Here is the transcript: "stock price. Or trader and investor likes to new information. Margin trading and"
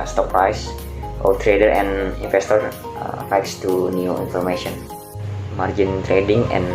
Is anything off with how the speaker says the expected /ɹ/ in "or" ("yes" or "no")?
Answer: yes